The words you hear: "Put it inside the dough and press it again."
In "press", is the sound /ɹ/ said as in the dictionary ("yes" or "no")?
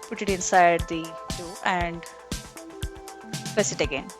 no